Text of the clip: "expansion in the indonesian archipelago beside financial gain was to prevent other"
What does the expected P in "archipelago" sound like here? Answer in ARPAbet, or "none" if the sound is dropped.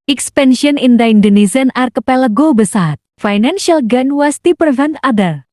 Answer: P